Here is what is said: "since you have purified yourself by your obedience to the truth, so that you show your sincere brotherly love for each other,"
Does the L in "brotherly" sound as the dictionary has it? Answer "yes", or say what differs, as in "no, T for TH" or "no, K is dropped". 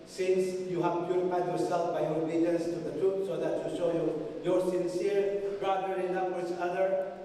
no, L is dropped